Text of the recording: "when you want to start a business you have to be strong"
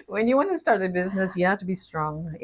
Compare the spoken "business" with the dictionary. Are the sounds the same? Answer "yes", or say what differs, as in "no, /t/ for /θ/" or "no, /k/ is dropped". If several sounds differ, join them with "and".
yes